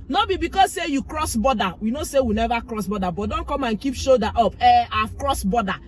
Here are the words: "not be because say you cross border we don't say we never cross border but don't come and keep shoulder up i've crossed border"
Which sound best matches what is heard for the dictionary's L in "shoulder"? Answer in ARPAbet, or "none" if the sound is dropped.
none